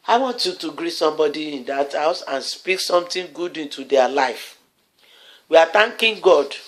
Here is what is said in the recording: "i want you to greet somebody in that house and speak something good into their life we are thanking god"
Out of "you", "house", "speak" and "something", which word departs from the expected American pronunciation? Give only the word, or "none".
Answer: something